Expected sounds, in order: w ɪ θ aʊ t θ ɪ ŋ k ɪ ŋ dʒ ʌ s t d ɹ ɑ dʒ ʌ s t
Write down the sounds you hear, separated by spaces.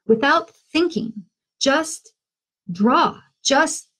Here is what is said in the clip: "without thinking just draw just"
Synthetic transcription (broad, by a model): w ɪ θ aʊ t θ ɪ ŋ k ɪ ŋ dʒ ʌ s t d ɹ ɑ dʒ ʌ s t